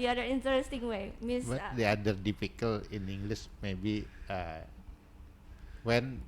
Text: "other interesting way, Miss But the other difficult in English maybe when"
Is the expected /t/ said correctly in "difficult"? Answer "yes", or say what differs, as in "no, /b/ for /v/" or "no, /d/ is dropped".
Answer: no, /t/ is dropped